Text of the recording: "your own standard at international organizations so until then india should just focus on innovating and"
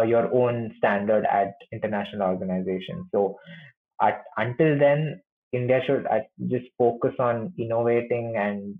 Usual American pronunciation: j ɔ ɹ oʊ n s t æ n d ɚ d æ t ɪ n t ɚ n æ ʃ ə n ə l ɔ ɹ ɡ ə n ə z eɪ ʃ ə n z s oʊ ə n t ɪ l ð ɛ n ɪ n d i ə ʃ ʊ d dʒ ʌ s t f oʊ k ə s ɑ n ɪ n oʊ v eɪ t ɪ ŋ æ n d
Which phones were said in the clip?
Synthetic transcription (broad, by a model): j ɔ ɹ oʊ n s t æ n d ɚ d æ t ɪ n t ɚ n æ ʃ ə n ə l ɔ ɹ ɡ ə n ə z eɪ ʃ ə n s oʊ ə n t ɪ l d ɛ n ɪ n d i ə ʃ ʊ d dʒ ʌ s t f oʊ k ə s ɑ n ɪ n oʊ v eɪ t ɪ ŋ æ n d